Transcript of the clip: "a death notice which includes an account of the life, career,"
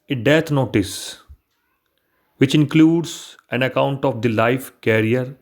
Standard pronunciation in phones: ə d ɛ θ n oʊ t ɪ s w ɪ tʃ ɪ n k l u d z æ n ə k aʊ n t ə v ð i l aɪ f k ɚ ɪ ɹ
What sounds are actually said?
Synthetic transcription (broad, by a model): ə d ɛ t n oʊ t ɪ s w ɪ tʃ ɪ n k l u d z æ n ə k aʊ n t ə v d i l aɪ f k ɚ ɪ ɹ